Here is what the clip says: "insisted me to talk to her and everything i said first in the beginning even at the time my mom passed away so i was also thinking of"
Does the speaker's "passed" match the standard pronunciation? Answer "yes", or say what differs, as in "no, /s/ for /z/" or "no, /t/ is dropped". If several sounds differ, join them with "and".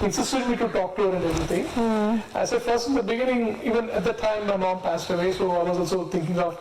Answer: yes